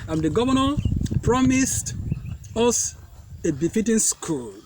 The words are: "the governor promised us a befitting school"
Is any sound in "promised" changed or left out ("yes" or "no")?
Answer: no